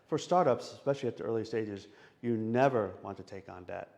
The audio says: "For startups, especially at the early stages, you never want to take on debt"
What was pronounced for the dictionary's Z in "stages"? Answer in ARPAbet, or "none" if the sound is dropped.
Z